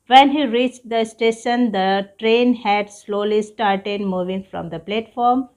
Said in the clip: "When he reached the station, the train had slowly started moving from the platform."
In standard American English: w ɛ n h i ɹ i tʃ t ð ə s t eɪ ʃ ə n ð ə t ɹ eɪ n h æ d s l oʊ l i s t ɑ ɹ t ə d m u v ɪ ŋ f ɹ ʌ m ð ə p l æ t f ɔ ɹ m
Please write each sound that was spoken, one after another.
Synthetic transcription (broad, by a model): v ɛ n h i ɹ i tʃ t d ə s t eɪ ʃ ə n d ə t ɹ eɪ n h æ d s l oʊ l i s t ɑ ɹ t ə d m u v ɪ ŋ f ɹ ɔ m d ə p l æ t f ɔ ɹ m